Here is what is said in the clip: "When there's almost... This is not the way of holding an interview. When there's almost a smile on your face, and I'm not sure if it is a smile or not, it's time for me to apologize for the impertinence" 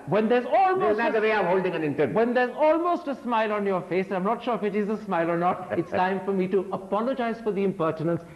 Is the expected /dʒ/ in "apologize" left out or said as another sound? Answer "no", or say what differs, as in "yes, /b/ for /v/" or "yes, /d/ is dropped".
no